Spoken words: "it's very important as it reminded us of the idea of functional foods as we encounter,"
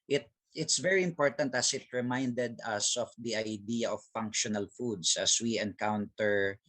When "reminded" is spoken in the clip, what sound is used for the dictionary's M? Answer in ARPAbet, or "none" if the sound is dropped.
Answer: M